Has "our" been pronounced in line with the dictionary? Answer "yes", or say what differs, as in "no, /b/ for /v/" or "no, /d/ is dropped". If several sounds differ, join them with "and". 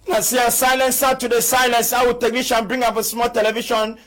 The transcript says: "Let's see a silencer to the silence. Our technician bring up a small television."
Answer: no, /w/ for /ɹ/